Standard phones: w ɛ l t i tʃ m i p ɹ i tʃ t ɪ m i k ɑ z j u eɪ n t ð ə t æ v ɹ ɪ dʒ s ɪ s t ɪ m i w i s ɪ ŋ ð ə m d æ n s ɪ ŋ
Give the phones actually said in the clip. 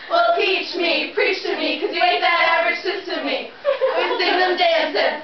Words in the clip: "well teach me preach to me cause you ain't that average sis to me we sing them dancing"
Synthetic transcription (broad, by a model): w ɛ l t i tʃ m i p ɹ i tʃ t ɪ m i k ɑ z j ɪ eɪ t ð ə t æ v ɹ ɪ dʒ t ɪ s t ɪ m i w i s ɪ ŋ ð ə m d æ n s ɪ